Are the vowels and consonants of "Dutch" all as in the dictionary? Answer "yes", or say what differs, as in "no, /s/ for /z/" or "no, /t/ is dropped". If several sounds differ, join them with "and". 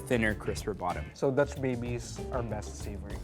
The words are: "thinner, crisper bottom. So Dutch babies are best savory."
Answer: no, /s/ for /tʃ/